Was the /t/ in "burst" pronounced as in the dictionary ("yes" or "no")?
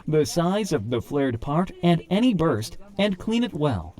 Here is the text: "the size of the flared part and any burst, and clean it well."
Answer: yes